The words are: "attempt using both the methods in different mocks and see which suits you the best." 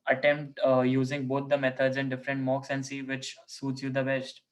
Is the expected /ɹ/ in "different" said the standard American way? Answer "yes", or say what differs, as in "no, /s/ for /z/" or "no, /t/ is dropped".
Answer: yes